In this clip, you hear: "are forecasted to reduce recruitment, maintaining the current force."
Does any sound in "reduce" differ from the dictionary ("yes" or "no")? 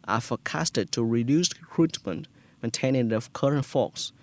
no